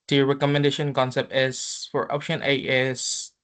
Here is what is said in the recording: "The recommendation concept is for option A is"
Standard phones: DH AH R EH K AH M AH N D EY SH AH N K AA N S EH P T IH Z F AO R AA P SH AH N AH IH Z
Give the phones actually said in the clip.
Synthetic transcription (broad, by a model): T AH R EH K AH M AH N D EY SH AH N K AA N S EH P T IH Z F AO R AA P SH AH N AH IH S